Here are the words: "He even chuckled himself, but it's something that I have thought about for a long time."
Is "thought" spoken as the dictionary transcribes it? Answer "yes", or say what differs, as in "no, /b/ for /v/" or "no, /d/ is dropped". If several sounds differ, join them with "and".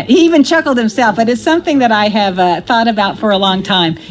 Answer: yes